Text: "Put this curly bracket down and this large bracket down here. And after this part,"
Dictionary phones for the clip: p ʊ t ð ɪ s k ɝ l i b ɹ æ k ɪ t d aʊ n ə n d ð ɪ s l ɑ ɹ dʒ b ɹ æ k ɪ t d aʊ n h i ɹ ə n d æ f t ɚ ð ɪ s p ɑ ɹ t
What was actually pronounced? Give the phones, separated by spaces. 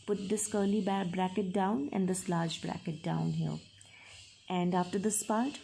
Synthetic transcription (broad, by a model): p ʊ t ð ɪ s k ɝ l i b ɹ æ k ɪ t d aʊ n ə n d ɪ s l ɑ ɹ dʒ b ɹ æ k ɪ t d aʊ n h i l ə n d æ f t ɚ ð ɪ s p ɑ ɹ t